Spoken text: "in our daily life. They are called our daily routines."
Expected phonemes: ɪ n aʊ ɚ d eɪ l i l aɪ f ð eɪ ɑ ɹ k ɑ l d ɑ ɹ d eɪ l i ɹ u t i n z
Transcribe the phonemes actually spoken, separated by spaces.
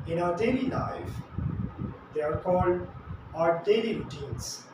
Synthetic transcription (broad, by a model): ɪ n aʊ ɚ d eɪ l i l aɪ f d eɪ ɑ ɹ k ɑ l d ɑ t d eɪ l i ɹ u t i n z